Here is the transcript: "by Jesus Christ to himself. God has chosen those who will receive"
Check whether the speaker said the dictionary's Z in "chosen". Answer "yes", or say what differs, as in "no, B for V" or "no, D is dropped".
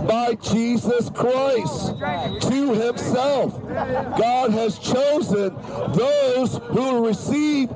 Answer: yes